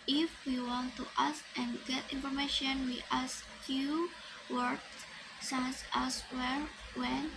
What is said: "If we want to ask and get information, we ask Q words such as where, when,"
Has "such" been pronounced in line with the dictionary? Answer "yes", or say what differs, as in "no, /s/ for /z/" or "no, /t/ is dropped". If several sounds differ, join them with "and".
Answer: no, /s/ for /tʃ/